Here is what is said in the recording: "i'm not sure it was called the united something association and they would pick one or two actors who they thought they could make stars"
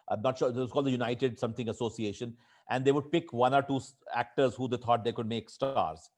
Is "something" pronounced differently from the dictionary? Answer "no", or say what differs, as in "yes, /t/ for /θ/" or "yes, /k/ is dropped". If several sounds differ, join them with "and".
yes, /t/ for /θ/